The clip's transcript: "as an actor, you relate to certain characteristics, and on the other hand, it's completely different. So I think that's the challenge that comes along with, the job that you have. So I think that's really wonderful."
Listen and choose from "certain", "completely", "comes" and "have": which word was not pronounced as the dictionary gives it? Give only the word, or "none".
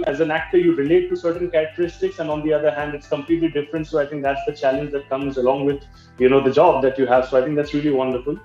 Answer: none